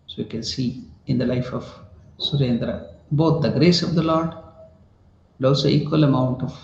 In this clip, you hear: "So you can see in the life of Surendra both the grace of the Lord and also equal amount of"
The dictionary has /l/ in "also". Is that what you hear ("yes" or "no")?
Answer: no